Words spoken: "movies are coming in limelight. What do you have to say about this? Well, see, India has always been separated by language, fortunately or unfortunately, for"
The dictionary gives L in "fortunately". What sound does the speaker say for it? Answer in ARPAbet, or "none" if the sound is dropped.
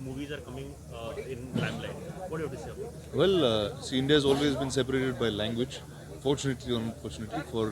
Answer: L